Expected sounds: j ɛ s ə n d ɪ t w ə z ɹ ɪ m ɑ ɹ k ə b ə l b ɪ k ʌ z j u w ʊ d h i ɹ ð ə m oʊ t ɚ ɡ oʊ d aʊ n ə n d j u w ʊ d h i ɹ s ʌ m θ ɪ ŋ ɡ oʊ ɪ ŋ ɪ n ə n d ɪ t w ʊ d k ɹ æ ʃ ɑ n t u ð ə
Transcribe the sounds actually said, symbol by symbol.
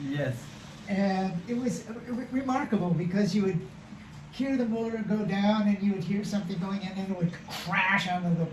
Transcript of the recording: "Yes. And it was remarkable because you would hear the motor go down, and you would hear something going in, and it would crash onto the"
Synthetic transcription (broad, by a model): j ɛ s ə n ɪ t w ə z ɹ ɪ m ɑ ɹ k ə b l b ɪ k ʌ z j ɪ w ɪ d h i ɹ ð ə m oʊ t ɚ ɡ oʊ d aʊ n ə n j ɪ w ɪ d h i ɹ s ʌ m θ ɪ ŋ ɡ oʊ ɪ ŋ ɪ n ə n ɪ t w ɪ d k ɹ æ ʃ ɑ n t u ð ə